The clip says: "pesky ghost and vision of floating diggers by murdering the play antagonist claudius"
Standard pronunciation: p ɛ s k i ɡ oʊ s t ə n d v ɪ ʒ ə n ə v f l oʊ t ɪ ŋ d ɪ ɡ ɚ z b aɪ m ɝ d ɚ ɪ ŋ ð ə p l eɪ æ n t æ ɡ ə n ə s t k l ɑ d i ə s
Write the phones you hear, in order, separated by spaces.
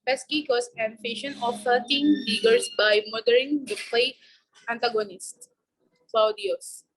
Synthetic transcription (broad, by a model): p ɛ s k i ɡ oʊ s ə n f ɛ ʃ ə n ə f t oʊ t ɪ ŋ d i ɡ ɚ s b aɪ m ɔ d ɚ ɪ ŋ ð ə p l eɪ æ n t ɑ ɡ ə n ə s t k l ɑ d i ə s